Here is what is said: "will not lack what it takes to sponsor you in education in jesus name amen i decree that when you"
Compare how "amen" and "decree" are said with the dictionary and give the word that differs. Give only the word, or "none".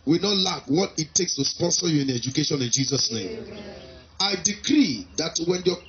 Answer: amen